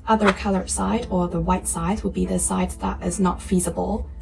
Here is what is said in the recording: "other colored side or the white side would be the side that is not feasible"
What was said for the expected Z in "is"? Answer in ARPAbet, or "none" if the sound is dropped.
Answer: Z